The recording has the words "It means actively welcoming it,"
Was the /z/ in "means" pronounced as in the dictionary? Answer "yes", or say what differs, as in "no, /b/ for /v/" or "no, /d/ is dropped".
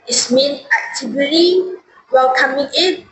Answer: no, /z/ is dropped